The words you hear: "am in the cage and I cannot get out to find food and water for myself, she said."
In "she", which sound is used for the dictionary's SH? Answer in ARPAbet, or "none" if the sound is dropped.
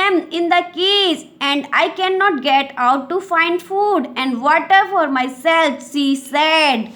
S